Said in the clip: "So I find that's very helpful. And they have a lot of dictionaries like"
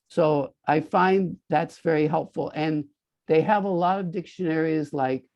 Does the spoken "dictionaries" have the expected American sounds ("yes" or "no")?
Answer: yes